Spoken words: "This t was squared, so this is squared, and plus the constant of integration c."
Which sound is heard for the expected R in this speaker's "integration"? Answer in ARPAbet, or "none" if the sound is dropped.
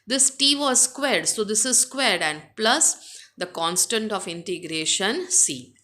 R